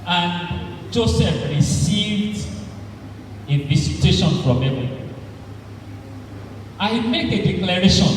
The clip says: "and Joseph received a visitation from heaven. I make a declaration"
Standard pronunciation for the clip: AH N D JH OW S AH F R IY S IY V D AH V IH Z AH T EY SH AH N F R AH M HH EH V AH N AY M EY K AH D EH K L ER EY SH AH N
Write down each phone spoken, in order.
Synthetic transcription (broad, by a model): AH N JH OW S AH F R IY S IY V D AH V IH S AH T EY SH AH N F R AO M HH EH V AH AY M EY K AH D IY K L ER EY SH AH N